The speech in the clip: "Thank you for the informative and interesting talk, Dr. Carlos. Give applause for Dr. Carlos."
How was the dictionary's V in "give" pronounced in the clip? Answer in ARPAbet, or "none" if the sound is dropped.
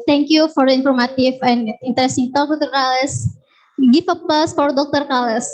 F